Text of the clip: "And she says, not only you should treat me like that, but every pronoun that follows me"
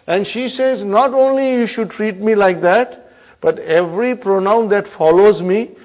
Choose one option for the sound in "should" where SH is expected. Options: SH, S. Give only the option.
SH